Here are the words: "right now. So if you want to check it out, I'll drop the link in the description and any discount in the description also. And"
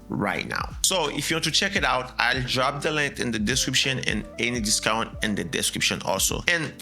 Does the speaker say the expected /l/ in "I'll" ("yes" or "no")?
yes